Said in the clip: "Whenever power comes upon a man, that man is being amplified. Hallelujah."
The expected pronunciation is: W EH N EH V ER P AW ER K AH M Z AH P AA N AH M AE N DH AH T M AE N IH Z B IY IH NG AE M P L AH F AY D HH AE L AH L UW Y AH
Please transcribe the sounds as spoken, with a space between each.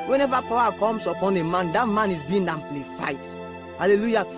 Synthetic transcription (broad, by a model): W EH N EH V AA P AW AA K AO M S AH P AA N AH M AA N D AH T M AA N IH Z B IY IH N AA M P L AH F AY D HH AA L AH L UW Y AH